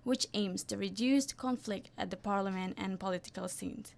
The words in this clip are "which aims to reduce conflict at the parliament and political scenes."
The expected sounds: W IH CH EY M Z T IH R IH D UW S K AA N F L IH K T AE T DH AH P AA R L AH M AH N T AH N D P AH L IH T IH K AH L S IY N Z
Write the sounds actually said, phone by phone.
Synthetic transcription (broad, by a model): W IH CH EY M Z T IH R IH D UW S K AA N F L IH K T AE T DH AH P AA R L AH M AH N T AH N P AH L IH T IH K AH L S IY N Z